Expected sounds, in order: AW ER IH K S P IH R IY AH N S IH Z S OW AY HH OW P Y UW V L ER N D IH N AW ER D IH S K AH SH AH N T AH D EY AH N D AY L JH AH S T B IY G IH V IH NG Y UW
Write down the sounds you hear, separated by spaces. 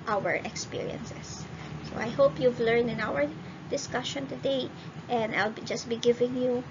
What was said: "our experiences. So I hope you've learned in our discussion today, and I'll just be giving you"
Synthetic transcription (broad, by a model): AW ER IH K S P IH R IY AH N S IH S OW AY HH OW P Y UW V L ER N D IH N AW ER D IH S K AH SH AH N T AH D EY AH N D AY L JH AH S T B IY G IH V IH NG Y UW